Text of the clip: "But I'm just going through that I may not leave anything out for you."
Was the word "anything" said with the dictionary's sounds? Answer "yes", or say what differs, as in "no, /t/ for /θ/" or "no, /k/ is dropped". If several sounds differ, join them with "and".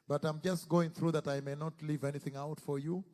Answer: yes